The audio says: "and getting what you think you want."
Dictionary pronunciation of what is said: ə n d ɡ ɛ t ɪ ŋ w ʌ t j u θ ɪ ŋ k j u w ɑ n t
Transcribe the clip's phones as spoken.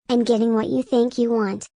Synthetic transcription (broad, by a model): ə n ɡ ɛ t ɪ ŋ w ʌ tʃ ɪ θ ɪ ŋ k j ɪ w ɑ n t